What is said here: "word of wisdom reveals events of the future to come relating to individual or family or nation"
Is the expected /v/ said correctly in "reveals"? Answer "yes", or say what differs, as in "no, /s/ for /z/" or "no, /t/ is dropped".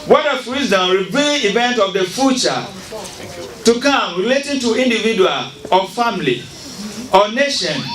no, /b/ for /v/